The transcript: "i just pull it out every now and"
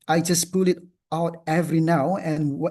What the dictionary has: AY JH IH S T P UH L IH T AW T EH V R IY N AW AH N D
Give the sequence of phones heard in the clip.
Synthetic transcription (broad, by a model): AY JH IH S P UH L IH T AW T EH V R IY N AW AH N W